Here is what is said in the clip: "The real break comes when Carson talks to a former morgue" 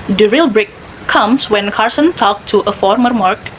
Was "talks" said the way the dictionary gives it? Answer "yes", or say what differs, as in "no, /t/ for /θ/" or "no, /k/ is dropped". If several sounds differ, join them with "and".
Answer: no, /s/ is dropped